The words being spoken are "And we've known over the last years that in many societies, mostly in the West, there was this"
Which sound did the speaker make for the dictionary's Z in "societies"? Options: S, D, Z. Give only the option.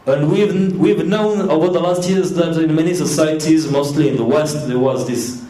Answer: Z